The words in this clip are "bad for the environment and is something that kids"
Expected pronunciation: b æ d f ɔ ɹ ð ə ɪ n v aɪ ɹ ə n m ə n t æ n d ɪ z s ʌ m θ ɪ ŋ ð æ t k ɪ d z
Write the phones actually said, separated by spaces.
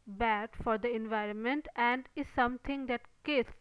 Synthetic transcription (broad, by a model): b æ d f ɔ ɹ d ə ɪ n v aɪ ɹ ə n m ə n t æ n d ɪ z s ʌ m t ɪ ŋ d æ t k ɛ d